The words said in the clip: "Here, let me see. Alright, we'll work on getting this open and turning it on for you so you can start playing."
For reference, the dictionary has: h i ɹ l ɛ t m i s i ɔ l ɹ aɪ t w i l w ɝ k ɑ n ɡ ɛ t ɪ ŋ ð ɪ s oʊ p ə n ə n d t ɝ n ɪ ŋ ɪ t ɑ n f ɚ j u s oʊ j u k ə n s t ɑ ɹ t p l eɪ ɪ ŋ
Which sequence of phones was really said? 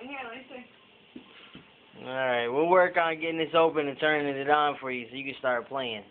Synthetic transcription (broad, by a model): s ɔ ɹ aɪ t w i l w ɝ k n ɡ ɛ t ɪ ŋ ð ɪ s oʊ p ə n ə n t ɝ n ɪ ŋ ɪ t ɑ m f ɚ j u s oʊ j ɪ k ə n s t ɑ ɹ t p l eɪ ɪ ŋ